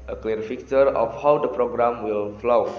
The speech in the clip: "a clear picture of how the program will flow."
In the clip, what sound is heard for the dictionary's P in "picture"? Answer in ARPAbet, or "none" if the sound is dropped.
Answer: F